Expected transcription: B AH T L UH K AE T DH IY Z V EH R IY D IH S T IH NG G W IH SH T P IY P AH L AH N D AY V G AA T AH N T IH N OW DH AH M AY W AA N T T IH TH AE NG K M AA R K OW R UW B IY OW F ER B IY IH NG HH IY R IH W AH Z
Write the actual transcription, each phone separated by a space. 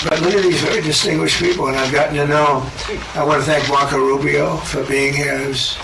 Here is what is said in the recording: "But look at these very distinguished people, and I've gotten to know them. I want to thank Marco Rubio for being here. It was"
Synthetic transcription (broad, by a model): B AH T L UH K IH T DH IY Z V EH R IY D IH S T IH NG G W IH SH P IY P L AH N AY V G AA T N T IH N OW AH AY W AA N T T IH TH AE NG K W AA K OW R UW B IY OW F ER B IY IH NG HH IY R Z